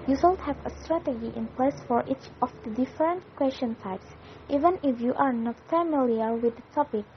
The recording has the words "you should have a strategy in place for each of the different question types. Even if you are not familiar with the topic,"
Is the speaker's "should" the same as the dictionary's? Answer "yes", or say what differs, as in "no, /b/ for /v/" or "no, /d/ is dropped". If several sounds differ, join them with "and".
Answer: no, /s/ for /ʃ/